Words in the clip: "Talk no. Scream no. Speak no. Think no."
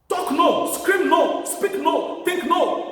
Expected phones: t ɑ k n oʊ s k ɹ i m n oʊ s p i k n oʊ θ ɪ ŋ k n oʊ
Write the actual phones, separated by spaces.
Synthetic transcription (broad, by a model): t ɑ k n oʊ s k ɹ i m n oʊ s p i k n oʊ t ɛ k n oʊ